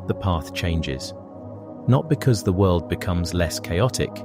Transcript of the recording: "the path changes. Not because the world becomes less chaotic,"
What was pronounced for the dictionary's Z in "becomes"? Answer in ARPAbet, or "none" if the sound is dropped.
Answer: Z